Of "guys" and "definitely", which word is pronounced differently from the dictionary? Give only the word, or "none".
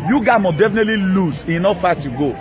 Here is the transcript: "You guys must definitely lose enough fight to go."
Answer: guys